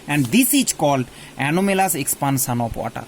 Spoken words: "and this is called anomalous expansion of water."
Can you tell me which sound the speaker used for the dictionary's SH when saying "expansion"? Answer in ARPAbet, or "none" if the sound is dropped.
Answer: S